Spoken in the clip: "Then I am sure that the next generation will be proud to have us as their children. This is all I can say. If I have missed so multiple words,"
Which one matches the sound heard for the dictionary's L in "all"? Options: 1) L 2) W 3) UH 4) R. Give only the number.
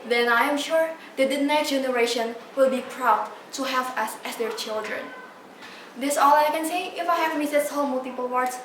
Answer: 1